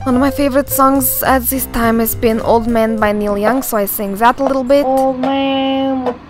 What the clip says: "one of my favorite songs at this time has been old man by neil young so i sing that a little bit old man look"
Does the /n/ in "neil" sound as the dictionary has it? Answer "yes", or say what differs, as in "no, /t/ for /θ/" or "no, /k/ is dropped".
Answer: yes